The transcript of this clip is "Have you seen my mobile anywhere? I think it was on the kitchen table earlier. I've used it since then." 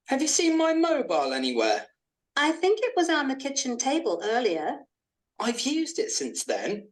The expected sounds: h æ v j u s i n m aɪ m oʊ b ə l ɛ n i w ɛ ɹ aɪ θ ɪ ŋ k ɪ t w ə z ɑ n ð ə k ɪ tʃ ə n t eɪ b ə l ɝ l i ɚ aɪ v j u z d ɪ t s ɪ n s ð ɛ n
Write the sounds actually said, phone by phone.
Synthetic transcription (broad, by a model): h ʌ v j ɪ s i n m aɪ m oʊ b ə l ɛ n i w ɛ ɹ aɪ θ ɪ ŋ k ɪ t w ə z n ð ə k ɪ tʃ ə n t eɪ b ə l ɝ l i ɚ aɪ v j u z d ɪ t s ɪ n s ð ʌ n